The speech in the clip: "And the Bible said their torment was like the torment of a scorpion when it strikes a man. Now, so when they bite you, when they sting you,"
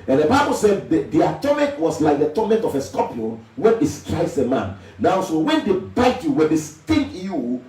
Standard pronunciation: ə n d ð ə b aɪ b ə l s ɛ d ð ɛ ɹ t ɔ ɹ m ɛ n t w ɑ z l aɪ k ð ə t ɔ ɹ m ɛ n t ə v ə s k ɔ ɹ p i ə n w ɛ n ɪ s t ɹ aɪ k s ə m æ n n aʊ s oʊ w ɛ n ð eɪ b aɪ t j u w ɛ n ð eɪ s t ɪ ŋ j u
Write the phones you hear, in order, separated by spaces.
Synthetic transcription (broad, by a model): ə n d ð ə b aɪ b ə l s ɛ d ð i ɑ t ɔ m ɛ n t w ɑ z l aɪ k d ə t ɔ m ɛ n t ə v ə s k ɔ p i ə n w ɛ n ɪ s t ɹ aɪ s ə m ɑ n n aʊ s oʊ w ɛ n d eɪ b aɪ t j u w ɛ n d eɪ s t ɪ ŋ j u